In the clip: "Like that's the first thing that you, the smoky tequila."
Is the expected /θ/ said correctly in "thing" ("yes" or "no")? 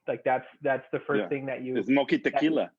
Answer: yes